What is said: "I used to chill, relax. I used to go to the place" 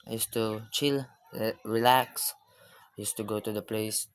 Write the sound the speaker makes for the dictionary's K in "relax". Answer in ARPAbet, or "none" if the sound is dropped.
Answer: K